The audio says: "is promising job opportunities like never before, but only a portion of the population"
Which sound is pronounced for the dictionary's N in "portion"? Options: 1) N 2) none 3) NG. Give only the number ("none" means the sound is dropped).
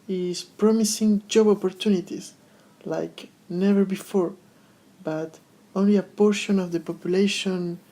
1